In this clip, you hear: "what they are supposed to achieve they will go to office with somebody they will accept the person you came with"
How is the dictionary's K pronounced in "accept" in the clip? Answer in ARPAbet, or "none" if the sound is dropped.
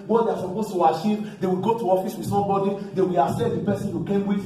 none